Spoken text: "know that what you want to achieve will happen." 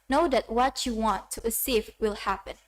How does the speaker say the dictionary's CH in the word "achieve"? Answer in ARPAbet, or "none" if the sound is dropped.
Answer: S